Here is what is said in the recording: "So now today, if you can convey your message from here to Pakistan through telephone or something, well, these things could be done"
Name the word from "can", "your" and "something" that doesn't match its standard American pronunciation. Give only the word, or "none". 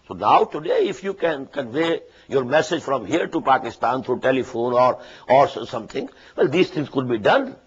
something